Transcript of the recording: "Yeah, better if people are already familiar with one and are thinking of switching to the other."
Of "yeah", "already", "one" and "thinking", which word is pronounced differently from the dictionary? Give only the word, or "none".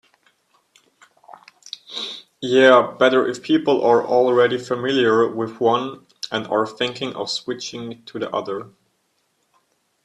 none